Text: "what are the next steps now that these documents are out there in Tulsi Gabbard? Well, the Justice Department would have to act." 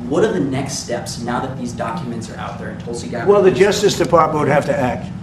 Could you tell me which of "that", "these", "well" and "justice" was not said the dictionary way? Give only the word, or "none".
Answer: none